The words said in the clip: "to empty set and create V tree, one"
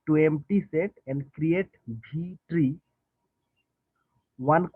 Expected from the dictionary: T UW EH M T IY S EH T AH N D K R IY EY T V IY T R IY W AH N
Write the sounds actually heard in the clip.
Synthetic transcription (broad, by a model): T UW EH M T IY S EH T AH N D K R IY EY T B IY T R IY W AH N